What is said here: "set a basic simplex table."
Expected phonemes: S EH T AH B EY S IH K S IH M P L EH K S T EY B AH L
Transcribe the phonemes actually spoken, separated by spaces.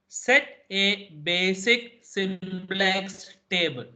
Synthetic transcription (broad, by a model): S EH T AH B EY S IH K S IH M B L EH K S T EY B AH L